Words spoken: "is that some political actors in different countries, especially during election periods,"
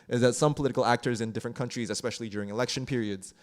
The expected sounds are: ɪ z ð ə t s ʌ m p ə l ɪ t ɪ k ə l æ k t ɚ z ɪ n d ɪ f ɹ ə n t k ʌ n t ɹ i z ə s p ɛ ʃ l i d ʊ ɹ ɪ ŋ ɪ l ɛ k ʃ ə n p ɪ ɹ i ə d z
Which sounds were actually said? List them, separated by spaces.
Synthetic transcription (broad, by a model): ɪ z ð ə t s ʌ m p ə l ɪ t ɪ k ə l æ k t ɚ z ɪ n d ɪ f ɹ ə n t k ʌ n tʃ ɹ i z ə s p ɛ ʃ l i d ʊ ɹ ɪ ŋ ɪ l ɛ k ʃ ə n p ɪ ɹ i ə d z